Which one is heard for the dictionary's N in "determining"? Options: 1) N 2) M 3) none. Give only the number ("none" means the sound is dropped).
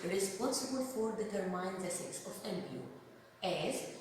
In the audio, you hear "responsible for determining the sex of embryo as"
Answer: 3